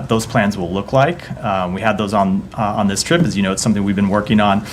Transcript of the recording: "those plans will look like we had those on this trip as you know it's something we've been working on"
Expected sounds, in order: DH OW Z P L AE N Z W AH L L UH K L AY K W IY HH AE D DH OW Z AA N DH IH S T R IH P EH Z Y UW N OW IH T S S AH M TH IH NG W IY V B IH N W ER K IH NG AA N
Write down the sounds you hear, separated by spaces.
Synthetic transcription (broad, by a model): DH OW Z P L AE N Z W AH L L UH K L AY K W IY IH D DH OW Z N N DH IH S T R IH P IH Z Y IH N OW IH T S S AH M TH IH NG W IY V B IH N W ER K IH NG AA N